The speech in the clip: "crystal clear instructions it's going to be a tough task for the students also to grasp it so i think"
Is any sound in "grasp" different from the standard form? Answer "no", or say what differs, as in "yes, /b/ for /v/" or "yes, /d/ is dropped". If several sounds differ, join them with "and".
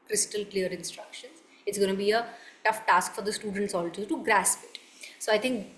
no